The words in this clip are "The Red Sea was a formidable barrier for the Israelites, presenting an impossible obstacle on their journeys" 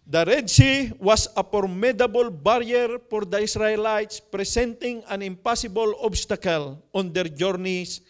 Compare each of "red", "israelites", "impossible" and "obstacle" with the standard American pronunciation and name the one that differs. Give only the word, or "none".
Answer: israelites